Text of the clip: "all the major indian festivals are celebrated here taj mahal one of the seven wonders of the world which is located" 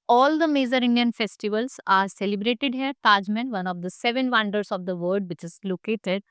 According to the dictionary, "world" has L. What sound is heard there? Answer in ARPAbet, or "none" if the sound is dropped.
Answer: none